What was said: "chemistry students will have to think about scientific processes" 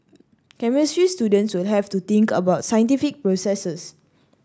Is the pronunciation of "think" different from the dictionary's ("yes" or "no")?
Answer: yes